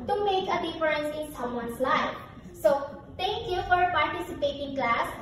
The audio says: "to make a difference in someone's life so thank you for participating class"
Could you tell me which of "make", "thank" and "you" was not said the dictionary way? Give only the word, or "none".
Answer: thank